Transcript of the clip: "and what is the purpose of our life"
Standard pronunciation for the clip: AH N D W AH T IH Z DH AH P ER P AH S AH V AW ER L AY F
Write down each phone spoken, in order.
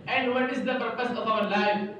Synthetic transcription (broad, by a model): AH N D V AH T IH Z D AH P ER P AH S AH F AW ER L AY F